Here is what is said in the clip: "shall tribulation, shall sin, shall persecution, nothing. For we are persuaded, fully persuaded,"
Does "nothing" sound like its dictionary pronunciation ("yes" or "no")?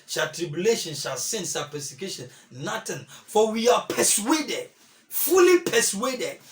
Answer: no